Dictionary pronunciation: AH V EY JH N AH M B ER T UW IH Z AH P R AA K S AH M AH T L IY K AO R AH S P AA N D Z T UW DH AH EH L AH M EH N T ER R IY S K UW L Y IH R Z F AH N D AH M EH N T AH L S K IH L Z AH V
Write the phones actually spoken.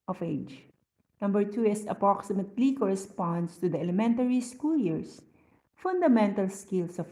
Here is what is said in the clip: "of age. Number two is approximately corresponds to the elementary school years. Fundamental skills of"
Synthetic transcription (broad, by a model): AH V EY JH N AH M B ER T UW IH S AH P R AA K S AH M AH T L IY K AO R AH S P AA N D S T UW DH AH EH L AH M EH N T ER R IY S K UW L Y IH R S F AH N D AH M EH N T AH L S K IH L S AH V